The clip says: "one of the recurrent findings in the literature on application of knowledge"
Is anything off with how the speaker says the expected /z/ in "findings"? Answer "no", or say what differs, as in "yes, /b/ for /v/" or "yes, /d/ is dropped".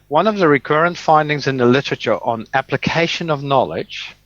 no